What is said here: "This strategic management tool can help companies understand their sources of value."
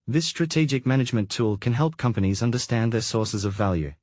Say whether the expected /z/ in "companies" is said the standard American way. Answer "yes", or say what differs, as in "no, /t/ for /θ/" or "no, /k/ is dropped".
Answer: yes